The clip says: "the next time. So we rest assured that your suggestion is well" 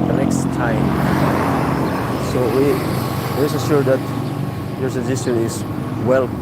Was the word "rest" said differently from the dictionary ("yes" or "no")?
yes